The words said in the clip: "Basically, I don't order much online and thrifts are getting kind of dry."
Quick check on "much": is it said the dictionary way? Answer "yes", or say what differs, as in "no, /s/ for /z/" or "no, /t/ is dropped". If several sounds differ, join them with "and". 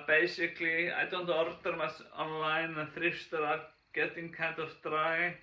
no, /s/ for /tʃ/